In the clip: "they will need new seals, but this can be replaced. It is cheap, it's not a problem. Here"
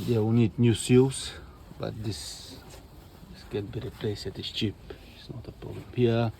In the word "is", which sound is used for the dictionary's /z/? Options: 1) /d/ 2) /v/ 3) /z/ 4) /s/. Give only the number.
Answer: 4